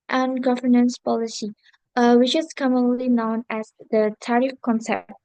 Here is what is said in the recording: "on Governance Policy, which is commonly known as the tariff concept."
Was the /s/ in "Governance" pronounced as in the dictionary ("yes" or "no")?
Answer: yes